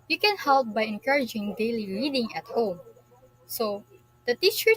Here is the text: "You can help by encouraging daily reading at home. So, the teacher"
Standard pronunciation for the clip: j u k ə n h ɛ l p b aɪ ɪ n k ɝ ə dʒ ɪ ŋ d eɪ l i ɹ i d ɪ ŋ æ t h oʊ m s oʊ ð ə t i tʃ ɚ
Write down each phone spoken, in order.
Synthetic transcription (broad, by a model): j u k ə n h ɛ l p b aɪ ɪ n k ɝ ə dʒ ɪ ŋ d eɪ l i l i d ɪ ŋ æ t h oʊ m s oʊ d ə t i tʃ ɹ